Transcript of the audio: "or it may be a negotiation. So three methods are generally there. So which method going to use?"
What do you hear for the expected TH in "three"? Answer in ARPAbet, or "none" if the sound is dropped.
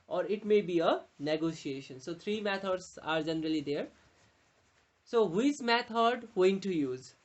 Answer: T